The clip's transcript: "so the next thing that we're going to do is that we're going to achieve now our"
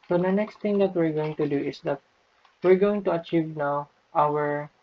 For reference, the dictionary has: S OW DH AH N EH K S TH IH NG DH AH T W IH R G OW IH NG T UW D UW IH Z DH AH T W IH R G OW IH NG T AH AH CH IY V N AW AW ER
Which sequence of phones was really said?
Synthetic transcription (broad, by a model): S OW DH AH N EH K S T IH NG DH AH T W IH R G OW IH NG T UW D UW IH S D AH T W IH R G OW IH NG T AH AH CH IY V N AW AW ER